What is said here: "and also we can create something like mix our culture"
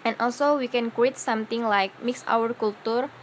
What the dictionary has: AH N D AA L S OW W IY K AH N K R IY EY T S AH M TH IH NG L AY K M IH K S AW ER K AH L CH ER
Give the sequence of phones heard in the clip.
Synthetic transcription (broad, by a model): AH N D AA L S OW W IY K AH N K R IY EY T S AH M T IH NG L AY K M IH K S AW ER K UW L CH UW